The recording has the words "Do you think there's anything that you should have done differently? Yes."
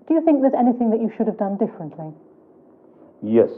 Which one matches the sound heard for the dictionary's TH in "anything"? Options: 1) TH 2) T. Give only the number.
1